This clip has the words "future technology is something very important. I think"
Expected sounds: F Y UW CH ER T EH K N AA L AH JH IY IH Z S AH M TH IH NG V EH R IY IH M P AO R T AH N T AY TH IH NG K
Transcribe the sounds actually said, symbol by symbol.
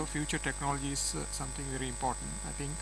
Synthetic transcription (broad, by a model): F Y UW CH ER T EH K N AA L AH JH IY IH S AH M T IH NG V EH R IY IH M P AO R T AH N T AY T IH NG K